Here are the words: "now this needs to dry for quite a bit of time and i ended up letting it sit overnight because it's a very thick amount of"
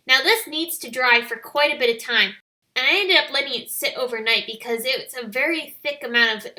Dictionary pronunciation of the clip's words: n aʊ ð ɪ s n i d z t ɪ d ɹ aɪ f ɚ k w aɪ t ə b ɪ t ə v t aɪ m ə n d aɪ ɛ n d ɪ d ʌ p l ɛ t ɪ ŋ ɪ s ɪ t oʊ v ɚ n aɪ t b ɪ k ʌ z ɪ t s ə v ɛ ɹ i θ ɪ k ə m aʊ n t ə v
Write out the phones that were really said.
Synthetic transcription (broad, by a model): n aʊ ð ɪ s n i d z t ɪ d ɹ aɪ f ɚ k w aɪ t ə b ɪ t ə v t aɪ m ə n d aɪ ɛ n d ɪ d ʌ p l ɛ t ɪ ŋ ɪ s ɪ t oʊ v ɚ n aɪ t b ɪ k ʌ z ɪ t s ə v ɛ ɹ i θ ɪ k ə m aʊ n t ə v